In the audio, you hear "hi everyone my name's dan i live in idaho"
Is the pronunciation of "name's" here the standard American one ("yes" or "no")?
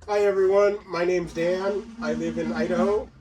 yes